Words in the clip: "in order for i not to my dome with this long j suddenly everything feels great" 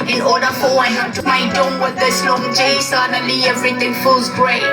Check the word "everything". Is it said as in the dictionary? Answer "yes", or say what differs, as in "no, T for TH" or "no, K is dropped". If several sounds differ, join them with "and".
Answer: no, T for TH